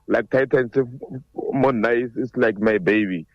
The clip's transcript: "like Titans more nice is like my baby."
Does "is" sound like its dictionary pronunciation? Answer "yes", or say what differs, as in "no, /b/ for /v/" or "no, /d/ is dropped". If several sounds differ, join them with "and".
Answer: no, /s/ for /z/